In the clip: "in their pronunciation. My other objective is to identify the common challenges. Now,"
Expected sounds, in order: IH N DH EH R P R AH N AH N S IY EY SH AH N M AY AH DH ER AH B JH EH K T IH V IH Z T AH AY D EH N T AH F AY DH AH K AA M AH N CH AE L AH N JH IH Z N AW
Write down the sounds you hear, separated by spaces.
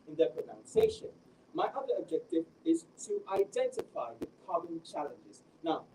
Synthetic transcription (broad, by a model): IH N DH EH P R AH N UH N S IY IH SH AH N M AY AH DH ER AH B JH EH K T IH V IH Z T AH AY D EH N T AH F AY DH AH K AA M AH N CH AE L AH N JH IH Z N AW